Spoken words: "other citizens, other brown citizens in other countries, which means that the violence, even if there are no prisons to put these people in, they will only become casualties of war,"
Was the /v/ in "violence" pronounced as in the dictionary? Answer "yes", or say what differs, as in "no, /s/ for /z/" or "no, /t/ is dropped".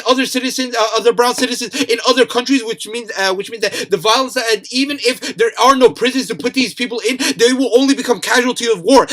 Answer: yes